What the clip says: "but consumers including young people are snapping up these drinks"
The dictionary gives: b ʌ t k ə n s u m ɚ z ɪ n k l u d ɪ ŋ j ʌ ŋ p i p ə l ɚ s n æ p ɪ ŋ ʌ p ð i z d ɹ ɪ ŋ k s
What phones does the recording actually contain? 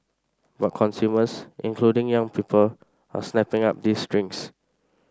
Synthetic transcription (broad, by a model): b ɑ t k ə n s u m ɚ s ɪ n k l u d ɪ ŋ j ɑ ŋ p i p ə l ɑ s n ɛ p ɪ ŋ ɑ p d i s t ɹ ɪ ŋ s